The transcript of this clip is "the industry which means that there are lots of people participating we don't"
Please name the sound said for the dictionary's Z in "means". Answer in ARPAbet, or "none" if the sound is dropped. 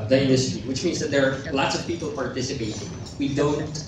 Z